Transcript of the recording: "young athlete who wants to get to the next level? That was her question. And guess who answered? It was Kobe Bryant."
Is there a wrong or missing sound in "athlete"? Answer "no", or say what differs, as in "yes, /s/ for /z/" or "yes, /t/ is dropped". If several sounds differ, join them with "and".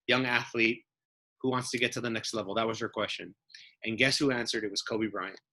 no